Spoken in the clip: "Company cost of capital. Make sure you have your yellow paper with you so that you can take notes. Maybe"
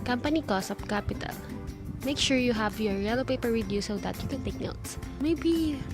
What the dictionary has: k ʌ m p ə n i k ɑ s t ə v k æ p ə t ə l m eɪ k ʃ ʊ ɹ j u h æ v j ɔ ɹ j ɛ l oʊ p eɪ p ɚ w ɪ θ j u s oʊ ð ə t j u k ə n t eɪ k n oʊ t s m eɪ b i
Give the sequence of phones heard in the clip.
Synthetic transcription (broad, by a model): k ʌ m p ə n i k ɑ s ə p k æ p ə t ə l m eɪ k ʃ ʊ ɹ j u h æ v j ɔ ɹ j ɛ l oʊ p eɪ p ɚ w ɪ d j u s oʊ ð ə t j u k ə n t eɪ k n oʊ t s m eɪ b i